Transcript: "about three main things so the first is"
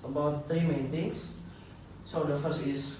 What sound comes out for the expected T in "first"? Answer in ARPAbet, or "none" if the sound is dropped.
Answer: none